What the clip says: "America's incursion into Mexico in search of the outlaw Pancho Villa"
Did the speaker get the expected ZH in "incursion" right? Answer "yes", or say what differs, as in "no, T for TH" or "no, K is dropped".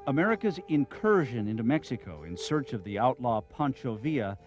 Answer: yes